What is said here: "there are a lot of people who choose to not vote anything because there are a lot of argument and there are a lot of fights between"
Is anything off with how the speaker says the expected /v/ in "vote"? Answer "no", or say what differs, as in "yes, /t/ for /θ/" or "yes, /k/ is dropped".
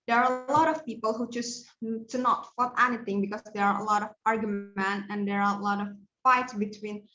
yes, /f/ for /v/